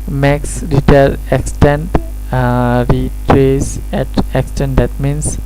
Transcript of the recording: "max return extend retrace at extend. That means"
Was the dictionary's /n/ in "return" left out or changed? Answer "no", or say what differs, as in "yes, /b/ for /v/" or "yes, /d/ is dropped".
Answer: yes, /l/ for /n/